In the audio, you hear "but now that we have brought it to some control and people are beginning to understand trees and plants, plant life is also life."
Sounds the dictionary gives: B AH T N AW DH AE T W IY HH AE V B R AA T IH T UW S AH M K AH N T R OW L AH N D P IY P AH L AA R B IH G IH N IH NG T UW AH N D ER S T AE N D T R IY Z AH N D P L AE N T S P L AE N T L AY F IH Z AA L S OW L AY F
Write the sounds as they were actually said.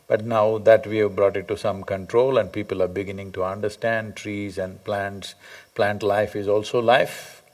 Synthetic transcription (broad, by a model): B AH T N AW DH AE T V IY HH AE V B R AA T IH T UW S AH M K AH N T R OW L AH N D P IY P AH L AA R B IH G IH N IH NG T UW AH N D ER S T AE N D T R IY Z AH N D P L AE N T S P L AE N T L AY F IH Z AA L S OW L AY F